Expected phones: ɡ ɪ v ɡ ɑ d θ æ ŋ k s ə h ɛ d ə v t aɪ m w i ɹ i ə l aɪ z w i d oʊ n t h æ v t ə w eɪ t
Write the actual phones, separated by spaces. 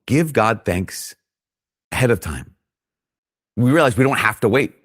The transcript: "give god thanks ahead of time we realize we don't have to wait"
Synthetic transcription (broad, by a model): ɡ ɪ v ɡ ɑ d θ æ ŋ k s ə h ɛ d ə v t aɪ m w i ɹ i l aɪ z w i d oʊ n t h æ f t ə w eɪ t